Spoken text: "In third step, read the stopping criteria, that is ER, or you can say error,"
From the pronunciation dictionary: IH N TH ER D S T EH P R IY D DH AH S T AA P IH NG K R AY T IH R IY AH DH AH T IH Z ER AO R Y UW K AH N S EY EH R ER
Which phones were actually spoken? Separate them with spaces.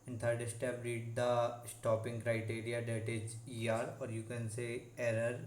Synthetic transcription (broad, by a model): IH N T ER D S T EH B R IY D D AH S T AA P IH NG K R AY T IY R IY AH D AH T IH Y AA AO R Y UW K AH N S EY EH R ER